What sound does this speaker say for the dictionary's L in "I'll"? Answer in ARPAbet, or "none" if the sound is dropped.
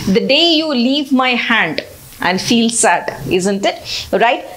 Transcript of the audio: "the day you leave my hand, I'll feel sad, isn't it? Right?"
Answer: N